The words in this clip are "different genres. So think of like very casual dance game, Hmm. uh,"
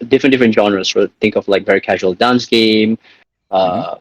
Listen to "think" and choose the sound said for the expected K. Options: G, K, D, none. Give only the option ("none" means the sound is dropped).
K